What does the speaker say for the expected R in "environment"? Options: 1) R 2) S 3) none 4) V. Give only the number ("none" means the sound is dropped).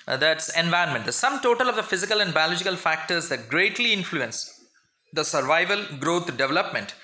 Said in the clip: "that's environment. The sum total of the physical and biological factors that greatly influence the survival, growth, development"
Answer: 3